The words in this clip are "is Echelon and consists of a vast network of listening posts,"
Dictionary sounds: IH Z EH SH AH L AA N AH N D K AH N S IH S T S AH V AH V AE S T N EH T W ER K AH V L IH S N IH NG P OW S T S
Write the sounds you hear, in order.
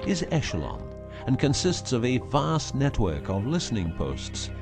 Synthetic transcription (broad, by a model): IH Z EH SH AH L AA N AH N K AH N S IH S T S AH V AH V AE S N EH T W ER K AH V L IH S N IH NG P OW S T S